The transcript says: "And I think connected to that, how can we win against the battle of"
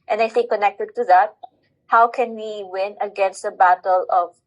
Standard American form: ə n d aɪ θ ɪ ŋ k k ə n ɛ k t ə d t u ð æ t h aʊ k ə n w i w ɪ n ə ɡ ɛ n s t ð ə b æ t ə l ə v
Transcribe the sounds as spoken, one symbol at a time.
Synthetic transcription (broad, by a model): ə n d aɪ s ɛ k k ə n ɛ k t ə d t u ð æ t h aʊ k ə n w i w ɪ n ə ɡ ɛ n s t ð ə b æ t ə l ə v